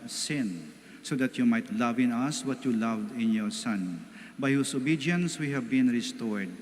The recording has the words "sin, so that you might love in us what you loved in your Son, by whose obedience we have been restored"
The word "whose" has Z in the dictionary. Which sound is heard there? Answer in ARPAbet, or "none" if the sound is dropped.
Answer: S